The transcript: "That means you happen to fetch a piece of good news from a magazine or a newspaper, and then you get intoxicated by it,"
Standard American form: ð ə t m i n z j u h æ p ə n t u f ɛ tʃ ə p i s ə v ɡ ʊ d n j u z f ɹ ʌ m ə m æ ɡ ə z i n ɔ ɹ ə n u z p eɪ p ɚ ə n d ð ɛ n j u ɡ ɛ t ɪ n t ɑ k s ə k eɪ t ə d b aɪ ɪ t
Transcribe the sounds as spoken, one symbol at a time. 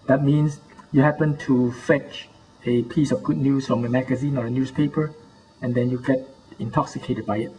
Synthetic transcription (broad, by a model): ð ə t m i n s j u h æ p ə n t u f ɛ tʃ ə p i s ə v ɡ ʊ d n j u s f ɹ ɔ m ə m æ ɡ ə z i n ɔ ɹ ə n u s p eɪ p ɚ ə n d ɛ n j u ɡ ɛ t ɪ n t ɑ k s ə k eɪ t ə d b aɪ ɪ t